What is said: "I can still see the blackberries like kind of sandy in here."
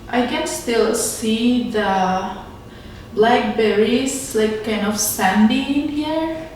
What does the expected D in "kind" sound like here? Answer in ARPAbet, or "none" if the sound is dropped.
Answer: D